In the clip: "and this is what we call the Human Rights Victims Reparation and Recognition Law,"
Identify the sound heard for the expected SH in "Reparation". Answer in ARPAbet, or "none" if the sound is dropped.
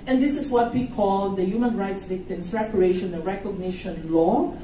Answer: none